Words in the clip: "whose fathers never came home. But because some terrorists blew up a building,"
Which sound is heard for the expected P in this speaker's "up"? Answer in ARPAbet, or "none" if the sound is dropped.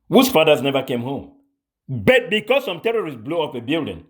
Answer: F